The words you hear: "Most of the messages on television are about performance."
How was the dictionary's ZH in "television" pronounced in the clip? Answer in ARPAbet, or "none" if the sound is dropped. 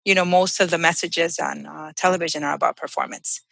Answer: ZH